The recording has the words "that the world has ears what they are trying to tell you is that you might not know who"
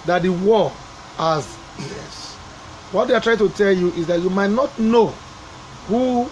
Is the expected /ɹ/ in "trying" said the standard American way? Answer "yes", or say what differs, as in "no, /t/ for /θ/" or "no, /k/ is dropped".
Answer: yes